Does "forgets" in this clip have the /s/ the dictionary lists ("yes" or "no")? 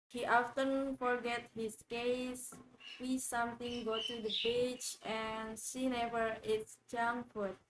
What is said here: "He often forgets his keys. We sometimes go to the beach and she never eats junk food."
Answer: no